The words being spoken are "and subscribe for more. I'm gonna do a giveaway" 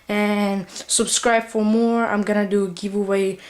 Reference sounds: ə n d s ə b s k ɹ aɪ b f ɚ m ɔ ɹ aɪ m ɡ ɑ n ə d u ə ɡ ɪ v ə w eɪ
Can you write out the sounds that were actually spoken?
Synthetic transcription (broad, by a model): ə n s ə b s k ɹ aɪ b f ɚ m ɔ ɹ aɪ m ɡ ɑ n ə d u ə ɡ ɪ v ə w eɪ